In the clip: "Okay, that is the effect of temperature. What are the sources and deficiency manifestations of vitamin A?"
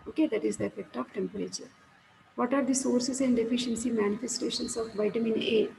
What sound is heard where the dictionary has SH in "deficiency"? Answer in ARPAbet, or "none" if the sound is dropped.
SH